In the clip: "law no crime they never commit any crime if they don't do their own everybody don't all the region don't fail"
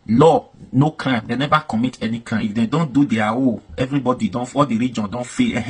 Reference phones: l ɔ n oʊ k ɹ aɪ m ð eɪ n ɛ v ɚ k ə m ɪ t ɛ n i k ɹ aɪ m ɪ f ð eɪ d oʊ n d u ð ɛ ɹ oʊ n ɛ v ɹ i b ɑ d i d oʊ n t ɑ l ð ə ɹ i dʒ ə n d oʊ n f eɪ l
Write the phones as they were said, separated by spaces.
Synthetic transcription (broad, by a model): l ɔ n oʊ k ɹ aɪ m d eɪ n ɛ v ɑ k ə m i t ɛ n i k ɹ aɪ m ɪ f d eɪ d oʊ n d u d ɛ w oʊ ɛ v ɹ i b ɑ d i d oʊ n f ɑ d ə ɹ i dʒ ə n d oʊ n f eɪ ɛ